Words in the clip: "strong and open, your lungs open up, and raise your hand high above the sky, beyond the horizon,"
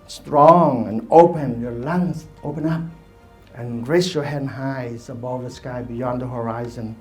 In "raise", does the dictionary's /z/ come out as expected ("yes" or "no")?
no